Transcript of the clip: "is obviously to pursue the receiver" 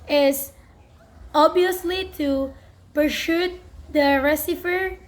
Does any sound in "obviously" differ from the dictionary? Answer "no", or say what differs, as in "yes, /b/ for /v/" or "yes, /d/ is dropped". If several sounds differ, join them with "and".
yes, /v/ is dropped